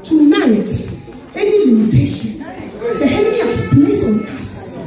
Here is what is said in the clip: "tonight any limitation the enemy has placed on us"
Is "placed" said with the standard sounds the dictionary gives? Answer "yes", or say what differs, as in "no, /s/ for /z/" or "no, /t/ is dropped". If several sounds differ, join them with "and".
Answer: no, /t/ is dropped